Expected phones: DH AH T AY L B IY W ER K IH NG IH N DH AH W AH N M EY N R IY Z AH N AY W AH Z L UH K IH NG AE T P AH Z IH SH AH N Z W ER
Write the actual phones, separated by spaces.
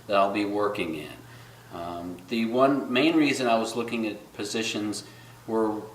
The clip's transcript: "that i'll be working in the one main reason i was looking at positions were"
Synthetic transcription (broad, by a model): DH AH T AY L B IY W ER K IH NG IH N DH AH W AH N M EY N R IY Z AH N AY W AH Z L UH K IH NG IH T P AH Z IH SH AH N Z W ER